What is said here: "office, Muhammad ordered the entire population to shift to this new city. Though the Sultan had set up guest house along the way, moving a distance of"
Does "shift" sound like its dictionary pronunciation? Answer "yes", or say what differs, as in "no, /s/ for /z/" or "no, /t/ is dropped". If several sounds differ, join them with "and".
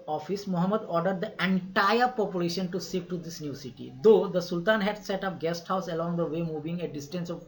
no, /s/ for /ʃ/